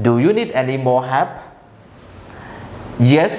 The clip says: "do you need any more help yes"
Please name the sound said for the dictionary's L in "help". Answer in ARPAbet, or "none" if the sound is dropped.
none